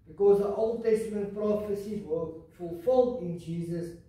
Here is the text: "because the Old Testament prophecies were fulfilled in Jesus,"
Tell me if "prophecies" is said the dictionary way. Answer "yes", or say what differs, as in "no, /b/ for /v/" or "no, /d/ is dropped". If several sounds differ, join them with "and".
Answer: no, /z/ is dropped